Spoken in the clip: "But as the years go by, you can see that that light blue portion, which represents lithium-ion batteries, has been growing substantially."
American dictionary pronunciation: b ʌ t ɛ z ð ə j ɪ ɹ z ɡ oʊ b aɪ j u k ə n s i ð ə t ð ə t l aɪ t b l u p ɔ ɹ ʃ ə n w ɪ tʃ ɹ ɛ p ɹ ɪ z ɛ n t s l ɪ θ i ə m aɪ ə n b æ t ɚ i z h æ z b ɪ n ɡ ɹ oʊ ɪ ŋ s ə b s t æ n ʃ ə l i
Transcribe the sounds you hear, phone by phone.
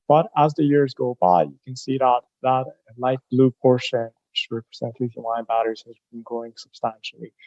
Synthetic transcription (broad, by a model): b ʌ t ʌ z ð ə j ɪ ɹ z ɡ oʊ b aɪ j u k ə n s i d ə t ð ə t l aɪ t b l u p ɔ ɹ ʃ ə n w ɪ tʃ ɹ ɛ p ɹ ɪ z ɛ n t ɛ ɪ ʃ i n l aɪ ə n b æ t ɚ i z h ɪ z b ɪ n ɡ ɹ oʊ ɪ ŋ s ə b s t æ n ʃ l i